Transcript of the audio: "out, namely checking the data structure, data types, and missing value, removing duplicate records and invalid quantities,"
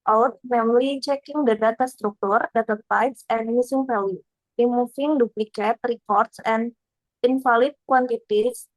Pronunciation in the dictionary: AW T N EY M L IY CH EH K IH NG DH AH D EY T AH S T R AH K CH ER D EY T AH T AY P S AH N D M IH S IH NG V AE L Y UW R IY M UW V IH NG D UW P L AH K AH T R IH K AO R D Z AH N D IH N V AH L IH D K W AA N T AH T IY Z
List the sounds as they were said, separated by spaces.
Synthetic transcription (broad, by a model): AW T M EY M L IY CH EH K IH NG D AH D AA T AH S T R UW K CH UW D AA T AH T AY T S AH N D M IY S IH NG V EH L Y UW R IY M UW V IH NG D UW P L AH K AH T R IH K AO R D S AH N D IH N F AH L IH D K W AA N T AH T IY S